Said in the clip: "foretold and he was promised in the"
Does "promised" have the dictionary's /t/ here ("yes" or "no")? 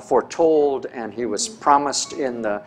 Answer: yes